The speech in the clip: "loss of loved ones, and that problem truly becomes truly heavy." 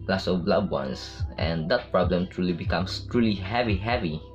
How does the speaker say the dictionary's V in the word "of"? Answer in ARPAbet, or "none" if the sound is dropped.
B